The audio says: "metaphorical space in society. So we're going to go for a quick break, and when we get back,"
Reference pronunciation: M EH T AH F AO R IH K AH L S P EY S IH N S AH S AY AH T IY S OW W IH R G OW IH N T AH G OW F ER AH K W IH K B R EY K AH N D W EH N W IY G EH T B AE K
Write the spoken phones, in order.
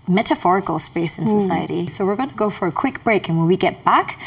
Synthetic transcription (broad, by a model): M EH T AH F AO R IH K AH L S P EY S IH N S AH S AY AH T IY S OW W IH R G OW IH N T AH G OW F ER AH K W IH K B R EY K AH N W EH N W IY G EH T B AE K